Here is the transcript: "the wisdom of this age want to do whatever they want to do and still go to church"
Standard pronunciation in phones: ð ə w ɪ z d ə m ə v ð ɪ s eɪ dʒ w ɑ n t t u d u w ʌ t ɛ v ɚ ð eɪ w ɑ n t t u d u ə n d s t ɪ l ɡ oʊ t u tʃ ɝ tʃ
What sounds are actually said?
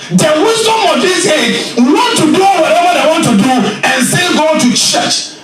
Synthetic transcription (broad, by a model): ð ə w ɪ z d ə m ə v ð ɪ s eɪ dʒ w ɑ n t t u d u w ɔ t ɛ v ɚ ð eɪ w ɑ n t t u d u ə n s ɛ n ɡ oʊ t u tʃ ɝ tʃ